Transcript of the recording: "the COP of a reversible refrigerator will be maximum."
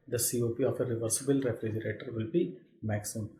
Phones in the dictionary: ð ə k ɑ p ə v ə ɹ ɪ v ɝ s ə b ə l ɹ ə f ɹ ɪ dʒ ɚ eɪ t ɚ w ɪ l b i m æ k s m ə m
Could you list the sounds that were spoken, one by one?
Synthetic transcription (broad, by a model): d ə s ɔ p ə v ə ɹ ɪ v ɝ s ə b ə l ɹ ə f ɹ ɪ dʒ ɚ eɪ t ɚ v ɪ l b i m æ k s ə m